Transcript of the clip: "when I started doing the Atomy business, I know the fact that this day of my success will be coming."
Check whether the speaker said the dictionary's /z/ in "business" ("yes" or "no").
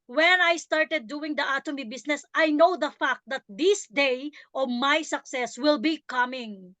no